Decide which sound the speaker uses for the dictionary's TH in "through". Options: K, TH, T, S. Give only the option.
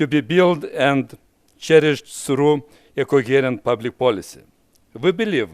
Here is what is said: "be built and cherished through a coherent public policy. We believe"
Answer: S